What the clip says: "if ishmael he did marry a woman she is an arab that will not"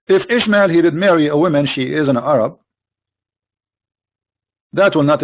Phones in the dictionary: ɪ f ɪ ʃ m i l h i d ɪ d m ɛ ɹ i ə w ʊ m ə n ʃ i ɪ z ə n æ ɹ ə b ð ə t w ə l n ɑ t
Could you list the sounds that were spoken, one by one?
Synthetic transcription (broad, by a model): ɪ f ɪ ʃ m i l h i d ɪ d m ɛ ɹ i ə w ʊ m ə n ʃ i ɪ z ə n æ ɹ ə b ð ə t w ə l n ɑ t